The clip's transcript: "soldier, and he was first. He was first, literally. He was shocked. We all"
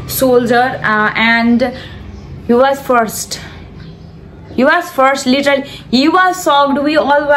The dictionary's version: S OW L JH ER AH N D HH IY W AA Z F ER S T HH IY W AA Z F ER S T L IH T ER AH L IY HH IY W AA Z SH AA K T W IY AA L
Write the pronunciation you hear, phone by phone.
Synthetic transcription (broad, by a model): S OW L JH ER AH N D HH IY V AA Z F ER S T HH IY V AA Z F ER S T L IH T ER AH L IY HH IY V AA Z S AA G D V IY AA L